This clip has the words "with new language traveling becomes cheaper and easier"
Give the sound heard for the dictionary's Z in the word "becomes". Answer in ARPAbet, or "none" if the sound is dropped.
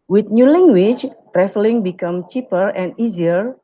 none